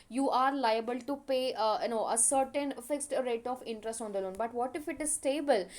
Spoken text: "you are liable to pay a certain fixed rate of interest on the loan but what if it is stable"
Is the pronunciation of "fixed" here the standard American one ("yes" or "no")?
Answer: yes